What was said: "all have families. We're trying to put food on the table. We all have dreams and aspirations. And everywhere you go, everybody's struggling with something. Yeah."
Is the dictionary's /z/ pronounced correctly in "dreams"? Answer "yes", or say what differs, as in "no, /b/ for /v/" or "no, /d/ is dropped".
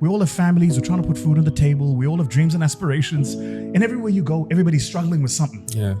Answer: yes